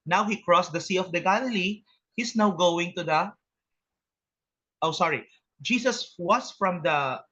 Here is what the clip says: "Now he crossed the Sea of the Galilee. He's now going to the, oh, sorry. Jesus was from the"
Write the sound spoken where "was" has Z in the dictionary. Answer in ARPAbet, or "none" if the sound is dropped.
S